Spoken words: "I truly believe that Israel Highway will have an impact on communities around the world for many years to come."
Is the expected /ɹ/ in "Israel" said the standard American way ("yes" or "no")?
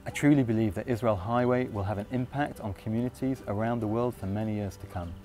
yes